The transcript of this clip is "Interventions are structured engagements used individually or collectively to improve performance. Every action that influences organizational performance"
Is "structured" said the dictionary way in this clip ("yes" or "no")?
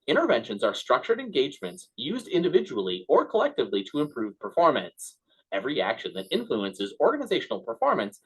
yes